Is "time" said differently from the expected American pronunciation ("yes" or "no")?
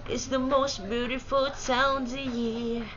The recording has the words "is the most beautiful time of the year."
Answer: yes